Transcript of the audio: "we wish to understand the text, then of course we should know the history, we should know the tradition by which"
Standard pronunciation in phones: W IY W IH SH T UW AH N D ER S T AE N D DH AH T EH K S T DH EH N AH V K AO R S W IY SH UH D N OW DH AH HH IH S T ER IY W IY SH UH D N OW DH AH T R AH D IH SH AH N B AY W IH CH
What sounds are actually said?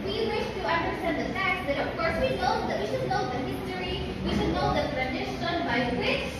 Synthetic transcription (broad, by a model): W IY W IH SH T UW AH N D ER S T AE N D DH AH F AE K T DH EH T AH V K AO R S W IY SH UH D N OW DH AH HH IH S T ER IY W IY SH UH D N OW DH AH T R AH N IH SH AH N B AY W IH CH